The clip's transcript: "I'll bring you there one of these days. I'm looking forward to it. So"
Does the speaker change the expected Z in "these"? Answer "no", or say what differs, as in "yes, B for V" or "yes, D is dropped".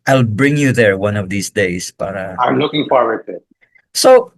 yes, S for Z